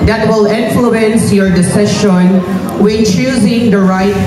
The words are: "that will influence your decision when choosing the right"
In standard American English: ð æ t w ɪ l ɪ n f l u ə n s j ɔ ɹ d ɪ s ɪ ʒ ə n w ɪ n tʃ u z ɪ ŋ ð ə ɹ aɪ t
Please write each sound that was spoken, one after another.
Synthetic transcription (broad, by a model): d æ t w ɪ l ɪ n f l u ə n s j ɔ ɹ d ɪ s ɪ ʃ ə n w ɪ n tʃ u z ɪ ŋ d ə ɹ aɪ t